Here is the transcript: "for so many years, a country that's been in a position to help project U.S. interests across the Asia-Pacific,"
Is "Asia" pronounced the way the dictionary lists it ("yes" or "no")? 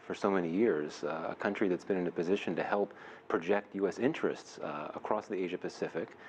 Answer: yes